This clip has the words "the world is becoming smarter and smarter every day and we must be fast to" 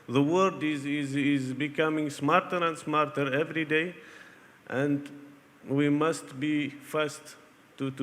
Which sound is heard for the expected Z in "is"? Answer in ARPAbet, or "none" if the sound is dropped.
Z